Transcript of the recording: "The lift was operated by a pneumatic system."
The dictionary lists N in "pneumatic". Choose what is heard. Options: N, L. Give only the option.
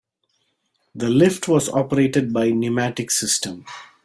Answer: N